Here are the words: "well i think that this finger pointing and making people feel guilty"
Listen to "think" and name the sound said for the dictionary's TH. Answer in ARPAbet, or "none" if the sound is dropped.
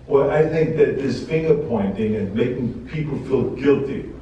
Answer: TH